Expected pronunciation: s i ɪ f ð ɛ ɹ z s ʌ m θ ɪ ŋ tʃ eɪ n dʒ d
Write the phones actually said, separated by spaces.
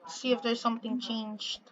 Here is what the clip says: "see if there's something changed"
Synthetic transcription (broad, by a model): s i ɪ f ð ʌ ɹ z s ʌ m θ ɪ ŋ tʃ eɪ n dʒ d